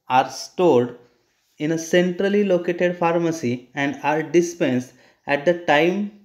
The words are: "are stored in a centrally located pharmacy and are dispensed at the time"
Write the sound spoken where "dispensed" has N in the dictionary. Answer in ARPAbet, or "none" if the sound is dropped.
N